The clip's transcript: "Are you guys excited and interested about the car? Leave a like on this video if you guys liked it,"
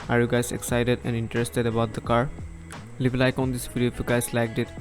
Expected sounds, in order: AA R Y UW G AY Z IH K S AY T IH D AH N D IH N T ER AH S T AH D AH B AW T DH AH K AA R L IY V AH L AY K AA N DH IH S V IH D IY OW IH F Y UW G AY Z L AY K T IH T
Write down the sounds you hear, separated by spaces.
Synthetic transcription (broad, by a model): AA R Y UW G AY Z IH K S AY T IH D AH N D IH N T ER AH S T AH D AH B AW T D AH K AA R L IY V L AY K AA N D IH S P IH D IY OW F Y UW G AY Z L AY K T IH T